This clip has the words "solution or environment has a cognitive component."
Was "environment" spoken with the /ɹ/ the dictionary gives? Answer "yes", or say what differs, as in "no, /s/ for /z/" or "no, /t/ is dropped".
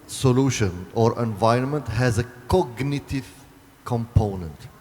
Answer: yes